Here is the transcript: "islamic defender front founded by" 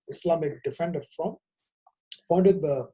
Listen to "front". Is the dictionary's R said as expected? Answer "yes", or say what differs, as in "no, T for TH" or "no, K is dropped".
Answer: no, R is dropped